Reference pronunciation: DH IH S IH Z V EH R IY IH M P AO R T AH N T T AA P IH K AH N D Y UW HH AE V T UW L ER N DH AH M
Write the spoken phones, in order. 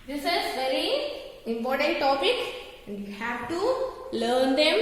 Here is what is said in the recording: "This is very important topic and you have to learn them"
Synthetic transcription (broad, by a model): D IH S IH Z V EH R IY IH M P AO R T AH N T T AA P IH K AH N D Y UW HH AE V T UW L ER N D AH M